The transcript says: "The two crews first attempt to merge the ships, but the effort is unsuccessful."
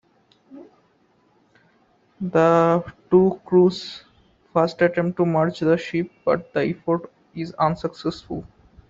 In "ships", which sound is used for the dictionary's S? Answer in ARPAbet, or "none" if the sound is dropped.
none